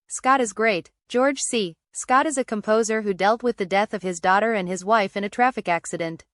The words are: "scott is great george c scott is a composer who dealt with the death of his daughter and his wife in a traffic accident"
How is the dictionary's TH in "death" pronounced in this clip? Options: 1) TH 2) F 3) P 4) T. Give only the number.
1